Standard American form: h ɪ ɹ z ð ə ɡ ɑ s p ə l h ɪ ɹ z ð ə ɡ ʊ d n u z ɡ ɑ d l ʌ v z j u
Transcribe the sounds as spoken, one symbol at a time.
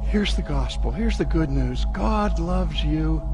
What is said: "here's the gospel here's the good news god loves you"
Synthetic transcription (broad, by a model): h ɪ ɹ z ð ə ɡ ɑ s p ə l h ɪ ɹ z ð ə ɡ ʊ d n u z ɡ ɑ d l ʌ v z j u